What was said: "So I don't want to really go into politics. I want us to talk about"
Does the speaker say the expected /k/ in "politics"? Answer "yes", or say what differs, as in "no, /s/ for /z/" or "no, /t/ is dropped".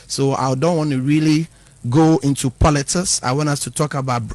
no, /k/ is dropped